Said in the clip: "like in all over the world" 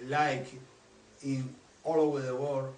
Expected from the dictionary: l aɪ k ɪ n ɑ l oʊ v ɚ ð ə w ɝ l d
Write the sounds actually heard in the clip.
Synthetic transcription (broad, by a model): l aɪ k ɪ n ɑ l oʊ v ɚ ð ə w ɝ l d